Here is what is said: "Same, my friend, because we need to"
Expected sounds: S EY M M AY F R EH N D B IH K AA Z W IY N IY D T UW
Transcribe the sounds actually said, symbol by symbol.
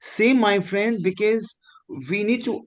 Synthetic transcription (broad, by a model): S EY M M AY F R EH N D B IH K AA Z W IY N IY D T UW